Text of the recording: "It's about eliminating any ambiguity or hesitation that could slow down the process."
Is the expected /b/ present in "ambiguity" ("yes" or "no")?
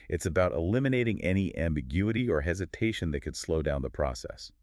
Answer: yes